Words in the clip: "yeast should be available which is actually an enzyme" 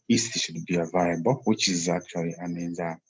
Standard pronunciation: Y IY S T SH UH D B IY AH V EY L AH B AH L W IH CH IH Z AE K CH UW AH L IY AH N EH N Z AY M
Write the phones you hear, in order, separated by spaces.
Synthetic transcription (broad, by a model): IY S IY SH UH D B IY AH V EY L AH B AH L W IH CH IH Z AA K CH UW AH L IY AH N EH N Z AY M